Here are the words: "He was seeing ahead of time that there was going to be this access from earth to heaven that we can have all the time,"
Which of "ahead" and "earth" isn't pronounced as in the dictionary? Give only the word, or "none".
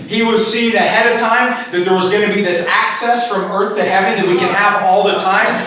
none